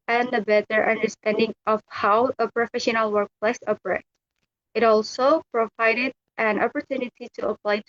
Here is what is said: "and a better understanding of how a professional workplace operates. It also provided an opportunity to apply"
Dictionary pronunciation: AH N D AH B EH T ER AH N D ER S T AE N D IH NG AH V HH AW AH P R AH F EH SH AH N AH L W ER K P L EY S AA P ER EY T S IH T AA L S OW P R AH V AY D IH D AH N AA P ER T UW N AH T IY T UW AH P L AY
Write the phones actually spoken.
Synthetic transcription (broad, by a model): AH N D AH B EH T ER AH N D ER S T AE N D IH NG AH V HH AW AH P R AH F EH SH AH N AH L W ER K P L EY S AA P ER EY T IH T AA L S OW P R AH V AY D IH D AH N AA P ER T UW N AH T IY T UW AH P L AY